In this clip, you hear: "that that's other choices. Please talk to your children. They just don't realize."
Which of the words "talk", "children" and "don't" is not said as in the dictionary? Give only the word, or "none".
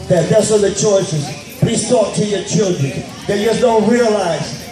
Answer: none